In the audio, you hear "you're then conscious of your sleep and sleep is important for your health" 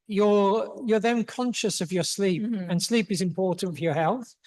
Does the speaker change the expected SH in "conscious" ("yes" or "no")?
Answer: no